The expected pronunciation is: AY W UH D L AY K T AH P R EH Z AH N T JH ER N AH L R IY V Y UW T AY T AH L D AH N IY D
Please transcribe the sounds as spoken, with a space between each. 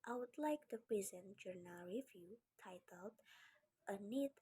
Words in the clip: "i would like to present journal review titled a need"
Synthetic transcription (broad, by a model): AY W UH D L AY K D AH P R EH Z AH N JH ER N AH L R IY V Y UW T AY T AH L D AH N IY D